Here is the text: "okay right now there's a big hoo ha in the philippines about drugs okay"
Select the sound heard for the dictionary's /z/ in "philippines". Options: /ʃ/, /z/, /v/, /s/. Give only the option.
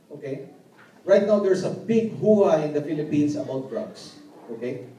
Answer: /s/